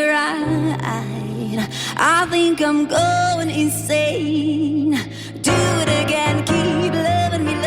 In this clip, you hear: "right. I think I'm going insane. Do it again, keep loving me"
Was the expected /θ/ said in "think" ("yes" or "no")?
yes